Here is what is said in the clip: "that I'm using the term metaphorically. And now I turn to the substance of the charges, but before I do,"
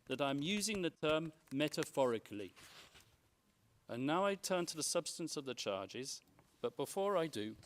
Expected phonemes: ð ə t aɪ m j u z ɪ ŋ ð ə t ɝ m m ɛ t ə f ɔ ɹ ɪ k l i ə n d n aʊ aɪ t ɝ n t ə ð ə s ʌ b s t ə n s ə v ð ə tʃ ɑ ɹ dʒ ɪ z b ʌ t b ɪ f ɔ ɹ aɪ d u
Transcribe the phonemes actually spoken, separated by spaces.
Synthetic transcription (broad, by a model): ð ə t aɪ m j u z ɪ ŋ ð ə t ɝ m m ɛ t ə f ɔ ɹ ɪ k l i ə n n aʊ aɪ t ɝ n t ə ð ə s ʌ b s t ə n s ə v ð ə tʃ ɑ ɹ dʒ ɪ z b ʌ t b ɪ f ɔ ɹ aɪ d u